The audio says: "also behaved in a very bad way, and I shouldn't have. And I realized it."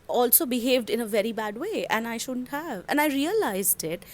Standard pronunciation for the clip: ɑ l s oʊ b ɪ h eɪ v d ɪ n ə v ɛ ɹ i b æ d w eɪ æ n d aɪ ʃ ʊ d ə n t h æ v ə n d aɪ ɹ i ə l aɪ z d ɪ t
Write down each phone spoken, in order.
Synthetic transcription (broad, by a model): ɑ l s oʊ b ɪ h eɪ v d ɪ n ə v ɛ ɹ i b æ d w eɪ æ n aɪ ʃ ʊ d ə n t h æ v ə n aɪ ɹ i ə l aɪ z d ɪ t